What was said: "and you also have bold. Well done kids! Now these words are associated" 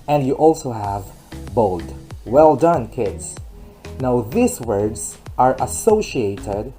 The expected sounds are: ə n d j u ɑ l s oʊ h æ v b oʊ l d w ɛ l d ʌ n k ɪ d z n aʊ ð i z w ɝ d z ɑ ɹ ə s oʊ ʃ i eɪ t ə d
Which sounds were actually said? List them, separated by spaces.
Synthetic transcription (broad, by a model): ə n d j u ɑ l s oʊ h æ v b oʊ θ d w ɛ l d ʌ n k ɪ d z n aʊ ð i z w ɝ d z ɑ ɹ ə s oʊ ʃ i eɪ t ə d